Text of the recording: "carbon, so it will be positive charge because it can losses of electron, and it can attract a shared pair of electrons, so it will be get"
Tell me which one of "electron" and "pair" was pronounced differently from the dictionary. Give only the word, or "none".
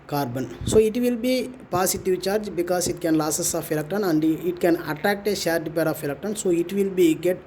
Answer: electron